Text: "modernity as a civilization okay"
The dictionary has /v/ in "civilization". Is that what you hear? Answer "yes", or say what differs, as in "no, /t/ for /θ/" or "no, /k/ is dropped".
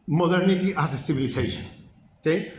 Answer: no, /b/ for /v/